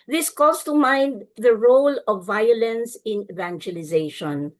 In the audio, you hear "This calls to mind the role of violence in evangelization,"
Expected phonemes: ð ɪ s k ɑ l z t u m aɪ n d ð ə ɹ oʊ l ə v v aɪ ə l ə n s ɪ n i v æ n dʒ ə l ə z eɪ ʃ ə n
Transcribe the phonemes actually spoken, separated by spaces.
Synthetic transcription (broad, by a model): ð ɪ s k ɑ z t u m aɪ n d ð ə ɹ oʊ l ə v v aɪ ə l ə n s ɪ n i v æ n dʒ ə l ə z eɪ ʃ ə n